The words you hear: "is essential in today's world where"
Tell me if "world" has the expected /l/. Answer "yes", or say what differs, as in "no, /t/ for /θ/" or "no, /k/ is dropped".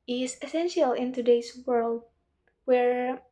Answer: yes